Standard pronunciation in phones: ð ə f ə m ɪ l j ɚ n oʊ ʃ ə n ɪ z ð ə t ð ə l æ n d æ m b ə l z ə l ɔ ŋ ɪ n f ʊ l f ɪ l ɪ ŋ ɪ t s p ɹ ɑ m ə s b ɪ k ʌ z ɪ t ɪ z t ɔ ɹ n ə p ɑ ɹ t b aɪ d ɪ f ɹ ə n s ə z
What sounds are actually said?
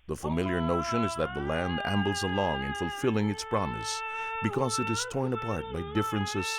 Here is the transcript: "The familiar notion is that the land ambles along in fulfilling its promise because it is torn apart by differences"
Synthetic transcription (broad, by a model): ð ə f ə m ɪ l j ɚ n oʊ ʃ ə n ɪ z ð ə t ð ə l æ n d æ m b l z ə l ɔ ŋ ɪ n f ʊ l f ɪ l ɪ ŋ ɪ t s p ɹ ɑ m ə s b ɪ k ʌ z ɪ t ɪ z t ɔ ɹ n ə p ɑ ɹ t b aɪ d ɪ f ɹ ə n s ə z